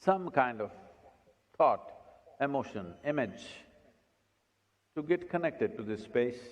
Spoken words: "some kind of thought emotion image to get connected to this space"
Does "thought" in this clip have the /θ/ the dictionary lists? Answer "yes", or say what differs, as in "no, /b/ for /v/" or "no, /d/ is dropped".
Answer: no, /t/ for /θ/